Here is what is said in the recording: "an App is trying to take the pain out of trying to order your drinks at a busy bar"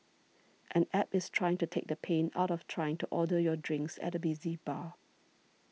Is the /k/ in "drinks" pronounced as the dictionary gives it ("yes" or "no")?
yes